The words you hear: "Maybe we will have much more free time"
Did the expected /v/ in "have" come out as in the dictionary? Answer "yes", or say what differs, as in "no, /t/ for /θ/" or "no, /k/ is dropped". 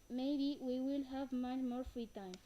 yes